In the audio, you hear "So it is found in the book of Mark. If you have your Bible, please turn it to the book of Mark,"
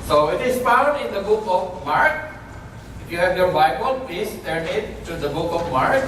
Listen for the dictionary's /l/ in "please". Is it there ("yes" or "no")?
no